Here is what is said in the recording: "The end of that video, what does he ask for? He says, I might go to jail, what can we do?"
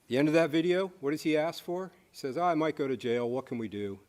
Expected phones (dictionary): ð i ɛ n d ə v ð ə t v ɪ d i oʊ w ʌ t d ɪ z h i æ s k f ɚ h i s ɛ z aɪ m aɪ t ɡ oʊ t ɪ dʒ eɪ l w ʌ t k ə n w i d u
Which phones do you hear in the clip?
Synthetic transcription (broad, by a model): ð i ɛ n d ə v ð ə t v ɪ d i oʊ w ʌ t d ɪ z i æ s k f ɚ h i s ɛ z aɪ m aɪ t ɡ oʊ t ɪ dʒ eɪ l w ʌ t k ə n w i d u